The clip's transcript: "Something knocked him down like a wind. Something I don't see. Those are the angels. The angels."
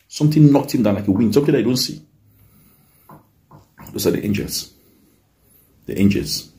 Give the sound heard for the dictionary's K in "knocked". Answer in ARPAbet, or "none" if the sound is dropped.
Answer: K